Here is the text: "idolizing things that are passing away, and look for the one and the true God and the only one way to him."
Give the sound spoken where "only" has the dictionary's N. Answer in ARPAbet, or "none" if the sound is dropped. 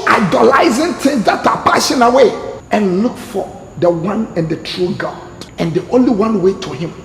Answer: N